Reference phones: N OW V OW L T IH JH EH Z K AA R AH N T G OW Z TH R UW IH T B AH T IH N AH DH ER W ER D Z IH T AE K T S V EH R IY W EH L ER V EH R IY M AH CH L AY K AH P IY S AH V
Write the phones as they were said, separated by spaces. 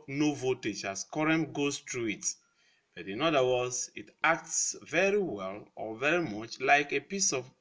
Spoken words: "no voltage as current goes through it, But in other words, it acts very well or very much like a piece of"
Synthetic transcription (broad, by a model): N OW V OW T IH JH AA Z K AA R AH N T G OW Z T R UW IH T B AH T IH N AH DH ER W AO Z IH T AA K T S V EH R IY W EH L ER V EH R IY M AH CH L AY K AH P IY S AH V